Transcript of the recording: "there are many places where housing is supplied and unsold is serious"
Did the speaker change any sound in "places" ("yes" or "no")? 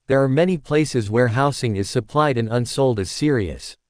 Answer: no